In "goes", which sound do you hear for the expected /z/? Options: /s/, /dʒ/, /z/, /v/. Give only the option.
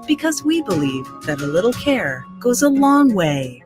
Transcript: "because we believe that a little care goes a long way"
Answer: /z/